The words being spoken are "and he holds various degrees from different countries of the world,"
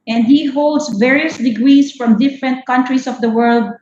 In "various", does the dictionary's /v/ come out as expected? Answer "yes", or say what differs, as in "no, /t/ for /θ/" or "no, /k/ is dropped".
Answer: yes